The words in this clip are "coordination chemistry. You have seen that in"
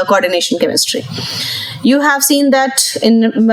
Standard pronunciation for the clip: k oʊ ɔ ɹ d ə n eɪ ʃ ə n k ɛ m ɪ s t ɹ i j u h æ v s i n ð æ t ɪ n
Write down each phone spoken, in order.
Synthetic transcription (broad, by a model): k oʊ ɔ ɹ d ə n eɪ ʃ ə n k ɛ m ɪ s t ɹ i j u h æ v s i n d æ t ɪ n